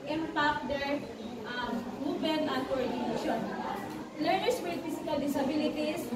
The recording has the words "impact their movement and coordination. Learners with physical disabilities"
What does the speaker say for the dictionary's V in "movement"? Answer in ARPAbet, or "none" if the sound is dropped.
none